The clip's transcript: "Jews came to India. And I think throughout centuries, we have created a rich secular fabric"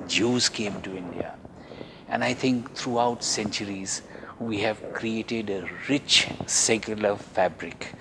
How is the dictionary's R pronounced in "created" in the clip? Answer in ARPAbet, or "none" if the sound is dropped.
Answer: R